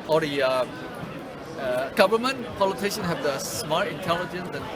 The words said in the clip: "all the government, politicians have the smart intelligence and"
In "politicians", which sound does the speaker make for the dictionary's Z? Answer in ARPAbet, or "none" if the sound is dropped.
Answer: none